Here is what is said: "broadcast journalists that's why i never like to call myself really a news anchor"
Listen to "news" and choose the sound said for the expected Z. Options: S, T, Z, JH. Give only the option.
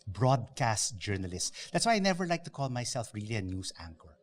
S